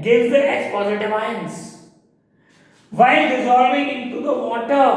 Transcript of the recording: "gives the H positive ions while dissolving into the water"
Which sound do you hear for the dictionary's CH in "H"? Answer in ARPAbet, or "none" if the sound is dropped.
S